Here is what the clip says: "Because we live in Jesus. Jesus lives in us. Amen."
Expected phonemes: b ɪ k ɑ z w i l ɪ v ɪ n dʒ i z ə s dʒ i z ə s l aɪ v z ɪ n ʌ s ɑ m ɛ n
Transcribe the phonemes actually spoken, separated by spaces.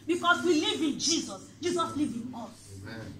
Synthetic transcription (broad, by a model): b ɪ k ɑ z w i l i v ɪ n dʒ i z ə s dʒ i z ə s l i v ɪ n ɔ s